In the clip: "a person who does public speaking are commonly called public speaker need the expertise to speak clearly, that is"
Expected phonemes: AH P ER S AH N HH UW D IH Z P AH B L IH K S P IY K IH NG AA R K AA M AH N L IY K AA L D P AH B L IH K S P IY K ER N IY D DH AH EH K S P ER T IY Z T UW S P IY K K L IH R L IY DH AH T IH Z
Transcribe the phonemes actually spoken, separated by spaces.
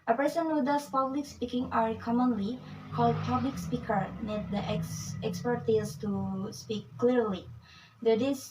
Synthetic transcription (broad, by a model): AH P ER S AH N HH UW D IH S P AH B L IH K S P IY K IH NG AA R K AA M AH N L IY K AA L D P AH B L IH K S P IY K ER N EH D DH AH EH K S P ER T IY S T UW S P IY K K L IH R L IY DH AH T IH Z